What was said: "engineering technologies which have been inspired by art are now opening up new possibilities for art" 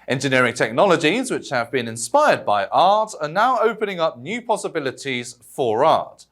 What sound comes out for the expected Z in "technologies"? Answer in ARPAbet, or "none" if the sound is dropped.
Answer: Z